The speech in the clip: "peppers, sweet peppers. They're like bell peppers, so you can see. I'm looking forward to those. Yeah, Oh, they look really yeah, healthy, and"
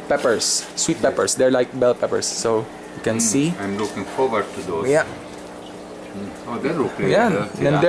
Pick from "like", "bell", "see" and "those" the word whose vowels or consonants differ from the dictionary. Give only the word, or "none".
those